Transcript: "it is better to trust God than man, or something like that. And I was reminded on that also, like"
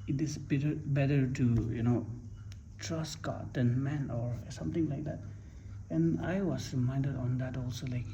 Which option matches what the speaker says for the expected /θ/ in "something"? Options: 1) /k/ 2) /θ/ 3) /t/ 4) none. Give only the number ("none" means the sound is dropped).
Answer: 3